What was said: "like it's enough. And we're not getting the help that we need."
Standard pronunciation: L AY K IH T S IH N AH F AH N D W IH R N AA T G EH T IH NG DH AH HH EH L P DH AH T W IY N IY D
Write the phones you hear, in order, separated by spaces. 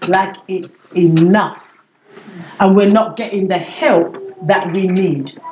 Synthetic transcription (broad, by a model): L AY K IH T S IH N AH F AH N W IH R N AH T G EH T IH NG DH AH HH EH L P DH AH T W IY N IY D